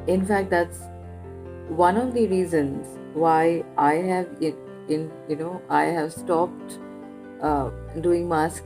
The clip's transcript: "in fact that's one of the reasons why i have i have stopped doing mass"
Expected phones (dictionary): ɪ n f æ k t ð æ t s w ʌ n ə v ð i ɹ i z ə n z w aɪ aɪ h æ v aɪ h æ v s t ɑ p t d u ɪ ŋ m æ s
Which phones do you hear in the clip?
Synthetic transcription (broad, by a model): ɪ n f æ k t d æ t s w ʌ n ə v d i ɹ i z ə n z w aɪ aɪ h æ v aɪ h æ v s t ɑ p t d u ɪ ŋ m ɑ s